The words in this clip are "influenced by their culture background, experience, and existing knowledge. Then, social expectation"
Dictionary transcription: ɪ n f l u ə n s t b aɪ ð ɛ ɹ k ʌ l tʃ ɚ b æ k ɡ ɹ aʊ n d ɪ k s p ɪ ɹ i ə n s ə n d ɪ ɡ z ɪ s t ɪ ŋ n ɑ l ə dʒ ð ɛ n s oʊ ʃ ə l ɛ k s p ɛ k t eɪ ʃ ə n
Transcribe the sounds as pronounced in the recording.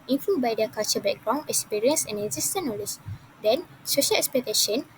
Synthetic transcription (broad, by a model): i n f l u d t b aɪ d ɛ k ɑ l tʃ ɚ b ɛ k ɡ ɹ aʊ n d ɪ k s p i ɹ i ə n s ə n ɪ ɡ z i s t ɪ n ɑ l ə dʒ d ɛ n s oʊ ʃ ə l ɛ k s p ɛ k t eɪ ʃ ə n